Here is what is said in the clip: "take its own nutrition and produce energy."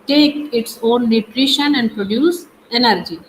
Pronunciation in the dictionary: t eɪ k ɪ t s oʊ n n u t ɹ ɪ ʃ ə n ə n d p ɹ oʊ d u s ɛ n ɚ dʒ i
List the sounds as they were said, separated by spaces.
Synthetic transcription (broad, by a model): t eɪ k ɪ t s oʊ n n u t ɹ ɪ ʃ ə n ə n d p ɹ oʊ d u s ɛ n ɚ dʒ i